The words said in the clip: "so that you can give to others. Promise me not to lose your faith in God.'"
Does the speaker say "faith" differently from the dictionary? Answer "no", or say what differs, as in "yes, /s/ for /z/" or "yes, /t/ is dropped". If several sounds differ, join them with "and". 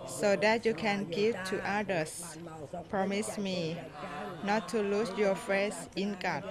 yes, /s/ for /θ/